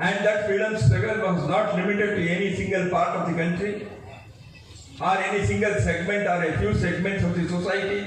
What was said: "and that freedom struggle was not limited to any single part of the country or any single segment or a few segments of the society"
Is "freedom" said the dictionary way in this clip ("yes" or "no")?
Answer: no